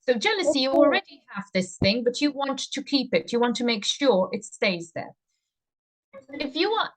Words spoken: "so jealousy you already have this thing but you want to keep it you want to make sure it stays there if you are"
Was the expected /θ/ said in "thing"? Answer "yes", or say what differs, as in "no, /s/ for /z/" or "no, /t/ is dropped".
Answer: yes